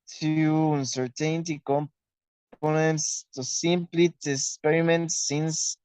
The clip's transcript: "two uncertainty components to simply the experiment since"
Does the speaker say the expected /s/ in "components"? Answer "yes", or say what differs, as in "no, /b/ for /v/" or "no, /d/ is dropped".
yes